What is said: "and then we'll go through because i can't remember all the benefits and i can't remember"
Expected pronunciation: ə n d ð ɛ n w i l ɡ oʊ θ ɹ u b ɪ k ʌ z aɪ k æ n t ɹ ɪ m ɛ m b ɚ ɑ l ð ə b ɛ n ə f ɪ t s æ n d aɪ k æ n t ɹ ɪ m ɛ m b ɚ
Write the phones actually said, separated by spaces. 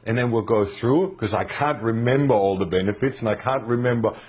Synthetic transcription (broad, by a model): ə n ð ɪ n w i l ɡ oʊ θ ɹ u k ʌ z aɪ k æ n t ɹ ɪ m ɛ m b ɚ ɑ l ð ə b ɛ n ə f ɪ t s n aɪ k æ n t ɹ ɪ m ɛ m b ɚ